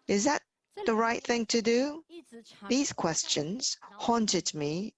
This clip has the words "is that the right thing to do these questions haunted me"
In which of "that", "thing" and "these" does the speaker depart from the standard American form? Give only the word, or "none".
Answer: none